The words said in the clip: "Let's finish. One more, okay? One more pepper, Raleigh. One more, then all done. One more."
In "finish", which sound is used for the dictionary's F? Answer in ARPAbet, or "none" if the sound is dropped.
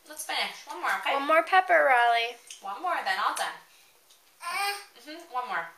P